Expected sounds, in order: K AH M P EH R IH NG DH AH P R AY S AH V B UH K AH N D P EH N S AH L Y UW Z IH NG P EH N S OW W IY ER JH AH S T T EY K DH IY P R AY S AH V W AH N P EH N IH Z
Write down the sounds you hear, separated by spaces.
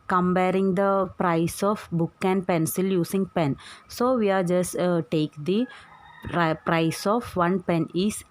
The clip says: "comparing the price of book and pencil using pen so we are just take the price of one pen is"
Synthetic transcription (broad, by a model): K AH M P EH R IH NG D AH P R AY S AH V B UH K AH N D P EH N S AH L Y UW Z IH NG P EH N S OW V IY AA JH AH S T T EY K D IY P R AY S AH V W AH N P EH N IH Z